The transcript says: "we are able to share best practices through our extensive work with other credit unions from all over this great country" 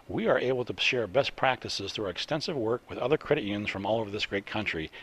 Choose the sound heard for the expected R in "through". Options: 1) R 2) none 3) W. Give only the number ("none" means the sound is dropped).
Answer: 1